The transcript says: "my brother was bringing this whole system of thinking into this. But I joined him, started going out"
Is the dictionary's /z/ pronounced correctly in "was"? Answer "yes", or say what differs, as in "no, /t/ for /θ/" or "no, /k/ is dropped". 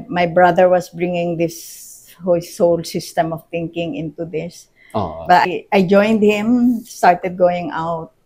no, /s/ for /z/